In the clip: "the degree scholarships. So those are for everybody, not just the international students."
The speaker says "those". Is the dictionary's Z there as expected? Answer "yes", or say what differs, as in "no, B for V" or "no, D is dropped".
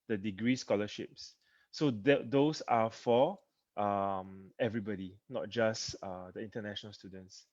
no, S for Z